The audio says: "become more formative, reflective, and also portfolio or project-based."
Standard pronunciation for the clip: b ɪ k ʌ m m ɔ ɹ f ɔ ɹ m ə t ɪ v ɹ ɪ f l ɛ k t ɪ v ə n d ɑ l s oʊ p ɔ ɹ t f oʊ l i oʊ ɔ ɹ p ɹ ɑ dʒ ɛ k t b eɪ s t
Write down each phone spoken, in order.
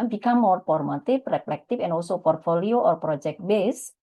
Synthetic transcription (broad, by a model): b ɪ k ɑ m m ɔ ɹ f ɔ ɹ m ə t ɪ f ɹ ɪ p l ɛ k t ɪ f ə n ɑ l s oʊ p ɔ ɹ t f oʊ l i oʊ ɔ ɹ p ɹ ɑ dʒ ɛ k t b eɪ s